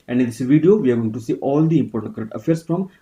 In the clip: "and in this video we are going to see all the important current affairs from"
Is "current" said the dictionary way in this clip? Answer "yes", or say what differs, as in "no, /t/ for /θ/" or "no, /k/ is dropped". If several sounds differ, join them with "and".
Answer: no, /n/ is dropped